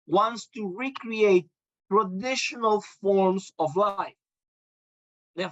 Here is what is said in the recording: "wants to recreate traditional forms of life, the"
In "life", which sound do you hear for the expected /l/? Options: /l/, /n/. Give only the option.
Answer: /l/